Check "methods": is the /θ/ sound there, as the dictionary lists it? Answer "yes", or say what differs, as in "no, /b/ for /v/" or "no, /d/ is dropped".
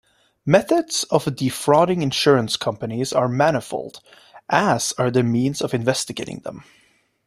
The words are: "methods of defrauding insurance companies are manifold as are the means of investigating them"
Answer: yes